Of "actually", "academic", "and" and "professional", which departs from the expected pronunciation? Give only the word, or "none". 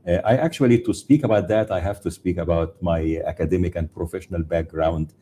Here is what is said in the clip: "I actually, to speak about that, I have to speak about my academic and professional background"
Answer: none